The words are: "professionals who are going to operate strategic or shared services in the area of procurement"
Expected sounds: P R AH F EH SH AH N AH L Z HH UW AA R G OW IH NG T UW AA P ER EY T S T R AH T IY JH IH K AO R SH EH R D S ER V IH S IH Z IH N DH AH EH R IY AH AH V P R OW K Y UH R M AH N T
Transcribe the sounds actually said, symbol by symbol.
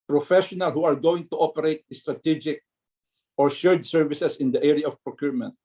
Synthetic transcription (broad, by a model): P R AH F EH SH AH N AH L HH UW AA R G OW IH NG T UW AA P ER EY T S T R AH T IY JH IH K AO R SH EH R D S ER V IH S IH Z IH N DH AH EH R IY AH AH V P R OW K Y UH R M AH N T